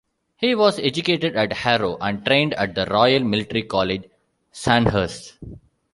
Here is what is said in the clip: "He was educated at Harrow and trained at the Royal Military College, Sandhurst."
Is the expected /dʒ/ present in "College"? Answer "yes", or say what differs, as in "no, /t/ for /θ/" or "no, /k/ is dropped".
yes